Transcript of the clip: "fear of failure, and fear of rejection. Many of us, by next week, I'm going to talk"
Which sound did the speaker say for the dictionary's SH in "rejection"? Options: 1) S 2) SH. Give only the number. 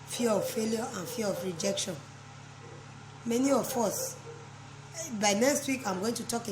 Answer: 2